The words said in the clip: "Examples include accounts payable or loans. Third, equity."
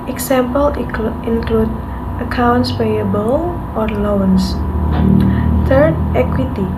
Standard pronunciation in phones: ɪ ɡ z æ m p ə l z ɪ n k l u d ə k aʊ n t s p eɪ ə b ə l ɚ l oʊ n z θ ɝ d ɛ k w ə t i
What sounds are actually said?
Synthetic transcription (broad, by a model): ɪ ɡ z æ m p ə l ɪ n k l u d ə k aʊ n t s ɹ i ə b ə l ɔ l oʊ n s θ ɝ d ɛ k w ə t i